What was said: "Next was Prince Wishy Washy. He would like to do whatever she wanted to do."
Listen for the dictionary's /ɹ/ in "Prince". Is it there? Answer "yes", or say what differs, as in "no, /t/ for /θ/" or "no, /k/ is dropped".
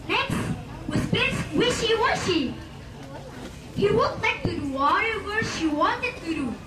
no, /ɹ/ is dropped